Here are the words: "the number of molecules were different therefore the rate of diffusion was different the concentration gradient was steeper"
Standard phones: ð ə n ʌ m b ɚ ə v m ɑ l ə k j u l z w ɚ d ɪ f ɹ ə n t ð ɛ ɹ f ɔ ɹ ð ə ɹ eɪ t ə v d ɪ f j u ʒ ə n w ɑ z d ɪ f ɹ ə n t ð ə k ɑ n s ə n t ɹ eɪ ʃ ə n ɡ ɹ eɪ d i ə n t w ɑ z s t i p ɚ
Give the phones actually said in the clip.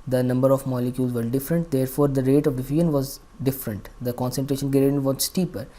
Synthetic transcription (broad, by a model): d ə n ʌ m b ɚ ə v m ɑ l ə k j u l z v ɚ d ɪ f ɹ ə n t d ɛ ɹ f ɔ ɹ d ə ɹ eɪ t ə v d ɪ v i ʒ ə n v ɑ z d ɪ f ɹ ə n t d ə k ɑ n s ə n t ɹ eɪ ʃ ə n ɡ eɪ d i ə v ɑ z s t i p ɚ